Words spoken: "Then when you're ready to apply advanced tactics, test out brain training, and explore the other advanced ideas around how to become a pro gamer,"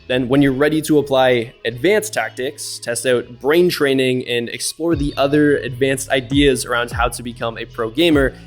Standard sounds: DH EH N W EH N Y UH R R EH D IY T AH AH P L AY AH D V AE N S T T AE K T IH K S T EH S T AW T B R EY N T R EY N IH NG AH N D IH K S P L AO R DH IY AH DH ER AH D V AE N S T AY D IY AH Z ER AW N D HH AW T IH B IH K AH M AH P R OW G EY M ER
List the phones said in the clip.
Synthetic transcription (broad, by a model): DH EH N W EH N Y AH R R EH D IY T AH AH P L AY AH D V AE N S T T AE K T IH K S T EH S T AW T B R EY N T R EY N IH NG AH N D IH K S P L AO R DH IY AH DH ER AH D V AE N S T AY D IY AH Z ER AW N D HH AW T IH B IH K AH M AH P R OW G EY M ER